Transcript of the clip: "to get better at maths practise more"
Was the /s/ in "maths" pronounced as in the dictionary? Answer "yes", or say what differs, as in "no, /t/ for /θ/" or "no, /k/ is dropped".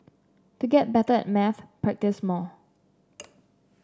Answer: no, /s/ is dropped